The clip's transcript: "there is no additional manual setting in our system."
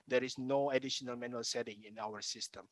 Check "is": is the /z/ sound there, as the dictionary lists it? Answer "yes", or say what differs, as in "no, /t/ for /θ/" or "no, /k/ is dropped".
no, /s/ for /z/